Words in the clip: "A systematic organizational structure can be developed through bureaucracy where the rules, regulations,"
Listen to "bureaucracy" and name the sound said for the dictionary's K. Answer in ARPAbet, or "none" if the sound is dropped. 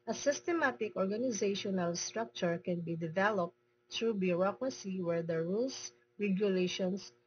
K